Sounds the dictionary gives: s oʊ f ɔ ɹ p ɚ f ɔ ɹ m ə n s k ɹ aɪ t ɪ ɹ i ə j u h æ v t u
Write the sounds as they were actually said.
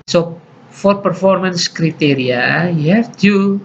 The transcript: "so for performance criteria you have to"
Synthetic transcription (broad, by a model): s oʊ f ɔ ɹ p ɚ f ɔ ɹ m ə n s k ɹ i t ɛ ɹ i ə j u h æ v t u